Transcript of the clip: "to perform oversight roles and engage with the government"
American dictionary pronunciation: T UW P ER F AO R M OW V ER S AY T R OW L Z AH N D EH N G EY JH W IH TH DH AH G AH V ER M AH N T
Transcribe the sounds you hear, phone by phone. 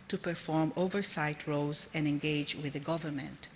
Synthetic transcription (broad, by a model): T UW P ER F AO R M OW V ER S AY T R OW Z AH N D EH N G EY JH W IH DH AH G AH V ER M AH N T